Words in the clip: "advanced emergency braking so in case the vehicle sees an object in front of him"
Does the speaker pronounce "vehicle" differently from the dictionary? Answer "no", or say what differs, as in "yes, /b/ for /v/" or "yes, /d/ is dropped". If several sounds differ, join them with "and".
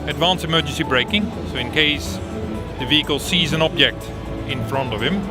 no